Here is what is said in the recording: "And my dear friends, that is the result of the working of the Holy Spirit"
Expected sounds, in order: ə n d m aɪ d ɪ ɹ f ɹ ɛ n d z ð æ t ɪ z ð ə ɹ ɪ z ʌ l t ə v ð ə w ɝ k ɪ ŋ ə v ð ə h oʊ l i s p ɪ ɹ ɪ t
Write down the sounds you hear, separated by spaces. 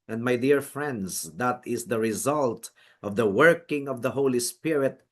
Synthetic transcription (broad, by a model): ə n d m aɪ d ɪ ɹ f ɹ ɛ n d z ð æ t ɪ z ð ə ɹ ɪ z ʌ l t ə v ð ə w ɝ k ɪ ŋ ə v ð ə h oʊ l i s p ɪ ɹ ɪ t